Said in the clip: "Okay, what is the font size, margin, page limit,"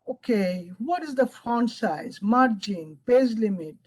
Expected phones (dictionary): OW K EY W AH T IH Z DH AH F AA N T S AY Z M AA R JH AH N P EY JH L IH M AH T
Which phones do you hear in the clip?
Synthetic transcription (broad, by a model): OW K EY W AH T IH Z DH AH F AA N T S AY Z M AA R JH AH N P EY Z L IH M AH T